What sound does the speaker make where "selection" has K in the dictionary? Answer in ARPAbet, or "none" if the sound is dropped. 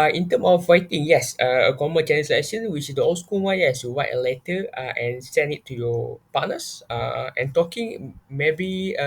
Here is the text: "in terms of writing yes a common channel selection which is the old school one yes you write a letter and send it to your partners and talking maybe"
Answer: none